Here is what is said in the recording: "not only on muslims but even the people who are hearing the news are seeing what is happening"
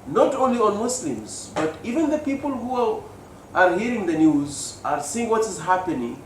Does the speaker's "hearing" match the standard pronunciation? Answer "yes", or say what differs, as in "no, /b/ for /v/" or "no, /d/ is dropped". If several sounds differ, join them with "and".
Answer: yes